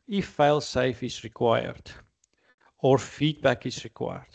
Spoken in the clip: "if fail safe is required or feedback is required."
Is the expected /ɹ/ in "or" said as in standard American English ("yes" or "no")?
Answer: yes